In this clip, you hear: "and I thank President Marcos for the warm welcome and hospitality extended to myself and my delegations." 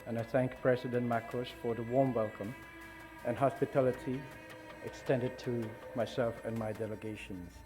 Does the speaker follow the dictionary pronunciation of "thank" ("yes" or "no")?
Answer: yes